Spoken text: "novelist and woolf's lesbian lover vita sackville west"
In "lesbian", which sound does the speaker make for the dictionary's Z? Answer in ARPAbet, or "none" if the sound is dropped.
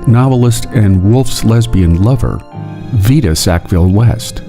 Z